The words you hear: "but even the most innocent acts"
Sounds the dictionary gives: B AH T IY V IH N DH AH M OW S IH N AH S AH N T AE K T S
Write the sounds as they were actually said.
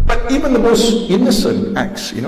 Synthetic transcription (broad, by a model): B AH T IY V IH N DH AH M OW S IH N AH S AH N T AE K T S